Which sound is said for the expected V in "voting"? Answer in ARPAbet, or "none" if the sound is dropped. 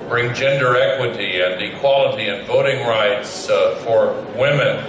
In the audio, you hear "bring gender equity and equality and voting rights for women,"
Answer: V